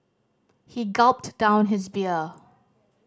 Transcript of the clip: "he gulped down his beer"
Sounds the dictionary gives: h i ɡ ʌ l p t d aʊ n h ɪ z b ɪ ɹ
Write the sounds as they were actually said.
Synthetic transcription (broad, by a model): h i ɡ ʌ l p t d aʊ n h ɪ z b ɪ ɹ